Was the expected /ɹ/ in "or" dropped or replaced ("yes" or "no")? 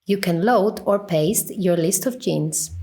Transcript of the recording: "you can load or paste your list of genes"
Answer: no